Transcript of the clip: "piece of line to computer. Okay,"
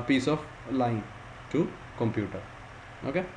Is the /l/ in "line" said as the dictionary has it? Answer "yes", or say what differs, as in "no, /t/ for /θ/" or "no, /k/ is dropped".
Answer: yes